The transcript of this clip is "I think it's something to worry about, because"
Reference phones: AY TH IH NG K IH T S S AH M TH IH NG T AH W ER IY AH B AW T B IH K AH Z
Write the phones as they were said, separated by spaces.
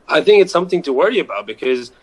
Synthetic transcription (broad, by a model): AY TH IH NG K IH T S S AH M TH IH NG T AH W ER IY AH B AW T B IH K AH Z